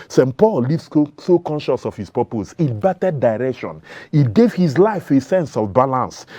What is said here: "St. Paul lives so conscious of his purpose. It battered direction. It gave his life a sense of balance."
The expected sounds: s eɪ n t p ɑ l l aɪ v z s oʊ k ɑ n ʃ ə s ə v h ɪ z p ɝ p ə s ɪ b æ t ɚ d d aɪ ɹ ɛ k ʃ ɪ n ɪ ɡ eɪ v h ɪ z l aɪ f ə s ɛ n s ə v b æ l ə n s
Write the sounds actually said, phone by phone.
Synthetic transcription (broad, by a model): s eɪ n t p ɑ l l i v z s oʊ k ɑ n ʃ ə s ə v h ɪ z p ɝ p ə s ɪ b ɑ t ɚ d d aɪ ɹ ɛ k ʃ ɪ n ɪ ɡ eɪ v h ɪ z l aɪ f ə s ɛ n s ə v b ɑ l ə n s